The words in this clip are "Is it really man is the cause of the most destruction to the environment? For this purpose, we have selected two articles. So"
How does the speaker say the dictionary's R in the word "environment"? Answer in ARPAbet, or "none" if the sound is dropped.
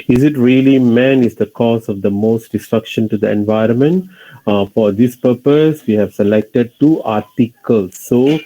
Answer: R